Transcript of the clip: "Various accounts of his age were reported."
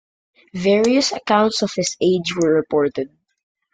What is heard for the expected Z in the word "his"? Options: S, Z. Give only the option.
S